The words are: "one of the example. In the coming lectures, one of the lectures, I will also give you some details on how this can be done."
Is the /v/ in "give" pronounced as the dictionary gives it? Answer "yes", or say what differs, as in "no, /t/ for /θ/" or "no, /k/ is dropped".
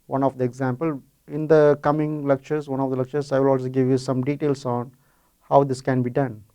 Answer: yes